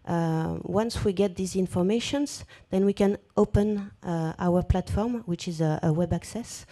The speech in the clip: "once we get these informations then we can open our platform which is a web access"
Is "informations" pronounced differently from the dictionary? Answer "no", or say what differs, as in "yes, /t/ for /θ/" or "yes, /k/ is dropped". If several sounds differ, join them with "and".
no